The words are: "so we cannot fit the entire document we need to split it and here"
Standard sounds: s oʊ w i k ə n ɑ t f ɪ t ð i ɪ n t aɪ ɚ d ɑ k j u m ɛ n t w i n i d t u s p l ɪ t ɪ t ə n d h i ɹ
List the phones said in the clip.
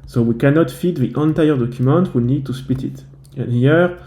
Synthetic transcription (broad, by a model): s oʊ w i k ə n ɑ t f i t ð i ɪ n t aɪ ɚ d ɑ k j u m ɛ n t w i n i d t u s p ɪ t ɪ t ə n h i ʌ